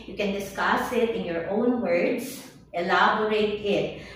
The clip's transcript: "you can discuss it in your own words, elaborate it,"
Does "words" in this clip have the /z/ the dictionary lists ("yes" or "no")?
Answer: no